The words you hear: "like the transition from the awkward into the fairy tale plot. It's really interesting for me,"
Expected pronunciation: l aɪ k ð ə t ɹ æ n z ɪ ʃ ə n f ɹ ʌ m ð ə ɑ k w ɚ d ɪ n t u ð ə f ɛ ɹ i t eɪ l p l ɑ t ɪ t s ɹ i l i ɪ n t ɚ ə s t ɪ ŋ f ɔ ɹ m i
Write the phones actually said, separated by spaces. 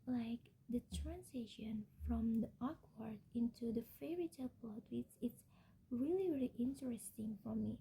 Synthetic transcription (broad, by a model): l aɪ k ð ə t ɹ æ n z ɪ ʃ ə n f ɹ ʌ m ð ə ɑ k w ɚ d ɪ n t u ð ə f ɛ ɹ i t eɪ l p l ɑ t ɪ t s ɹ i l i ɪ n t ɚ ə s t ɪ ŋ f ɔ ɹ m i